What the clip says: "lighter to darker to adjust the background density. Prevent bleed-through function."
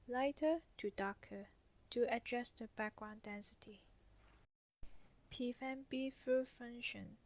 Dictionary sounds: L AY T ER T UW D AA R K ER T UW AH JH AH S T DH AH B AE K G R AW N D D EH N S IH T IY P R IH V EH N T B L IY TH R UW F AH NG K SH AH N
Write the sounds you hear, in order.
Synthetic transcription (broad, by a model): L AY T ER T UW D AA K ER T UW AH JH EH S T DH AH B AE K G R AW N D D EH N S IH T IY P IH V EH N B IY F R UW F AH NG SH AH N